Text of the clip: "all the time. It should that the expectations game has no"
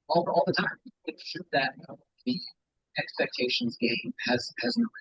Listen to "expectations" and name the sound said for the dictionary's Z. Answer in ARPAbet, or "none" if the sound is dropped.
Z